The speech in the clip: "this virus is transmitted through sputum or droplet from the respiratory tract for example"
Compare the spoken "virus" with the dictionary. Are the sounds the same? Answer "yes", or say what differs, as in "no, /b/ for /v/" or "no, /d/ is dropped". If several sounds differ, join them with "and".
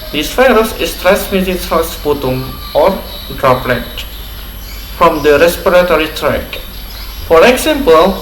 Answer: no, /f/ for /v/